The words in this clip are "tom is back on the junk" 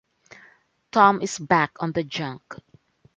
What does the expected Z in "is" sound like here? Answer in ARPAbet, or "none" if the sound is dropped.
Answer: S